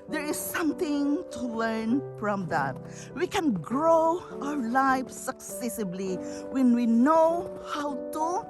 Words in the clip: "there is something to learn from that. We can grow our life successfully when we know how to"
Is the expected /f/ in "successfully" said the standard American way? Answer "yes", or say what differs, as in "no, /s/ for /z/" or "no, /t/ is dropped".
no, /f/ is dropped